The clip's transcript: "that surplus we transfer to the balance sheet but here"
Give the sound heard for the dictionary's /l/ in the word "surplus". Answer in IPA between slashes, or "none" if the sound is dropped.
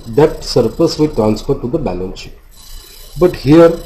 none